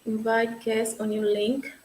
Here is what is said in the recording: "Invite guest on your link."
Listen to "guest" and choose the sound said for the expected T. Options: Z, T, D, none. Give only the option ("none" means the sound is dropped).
none